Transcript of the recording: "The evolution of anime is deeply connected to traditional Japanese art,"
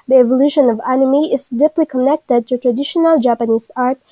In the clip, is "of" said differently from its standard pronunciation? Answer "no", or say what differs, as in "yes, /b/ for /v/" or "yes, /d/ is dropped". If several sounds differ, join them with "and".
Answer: no